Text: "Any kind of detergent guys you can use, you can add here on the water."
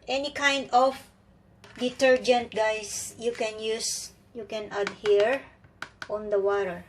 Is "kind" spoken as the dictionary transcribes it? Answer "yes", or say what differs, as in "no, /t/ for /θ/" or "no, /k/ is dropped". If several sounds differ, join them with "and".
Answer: yes